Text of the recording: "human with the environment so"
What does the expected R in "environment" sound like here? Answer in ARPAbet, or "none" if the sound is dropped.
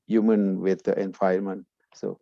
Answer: none